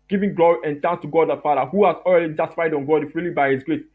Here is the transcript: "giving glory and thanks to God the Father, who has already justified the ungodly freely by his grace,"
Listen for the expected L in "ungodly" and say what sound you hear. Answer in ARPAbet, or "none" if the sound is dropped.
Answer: none